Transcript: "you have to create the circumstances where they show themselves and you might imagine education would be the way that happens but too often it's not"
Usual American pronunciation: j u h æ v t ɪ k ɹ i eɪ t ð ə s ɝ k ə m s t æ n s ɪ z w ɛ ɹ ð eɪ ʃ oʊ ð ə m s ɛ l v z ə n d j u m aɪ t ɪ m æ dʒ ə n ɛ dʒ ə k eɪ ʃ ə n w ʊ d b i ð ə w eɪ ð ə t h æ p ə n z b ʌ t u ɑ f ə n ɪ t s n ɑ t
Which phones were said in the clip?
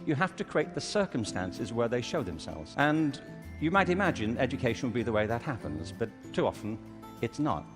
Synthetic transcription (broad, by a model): j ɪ h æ f t ɪ k ɹ i eɪ t ð ə s ɝ k ə m s t æ n s ɪ z w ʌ ɹ ð eɪ ʃ oʊ ð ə m s ɛ l v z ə n j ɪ m aɪ t ɪ m æ dʒ ə n ɛ dʒ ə k eɪ ʃ n w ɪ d b i ð ə w eɪ ð ə t h æ p ə n z b ʌ t u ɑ f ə n ɪ t s n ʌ t